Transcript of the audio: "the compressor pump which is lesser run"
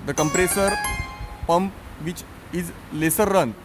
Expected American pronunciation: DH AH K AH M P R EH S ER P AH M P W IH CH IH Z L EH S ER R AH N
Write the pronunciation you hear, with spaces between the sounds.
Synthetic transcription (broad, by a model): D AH K AH M P R EH S ER P AH M P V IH CH IH Z L EH S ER R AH N